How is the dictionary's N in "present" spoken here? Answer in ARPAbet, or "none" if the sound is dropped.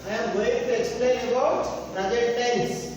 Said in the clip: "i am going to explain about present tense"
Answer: none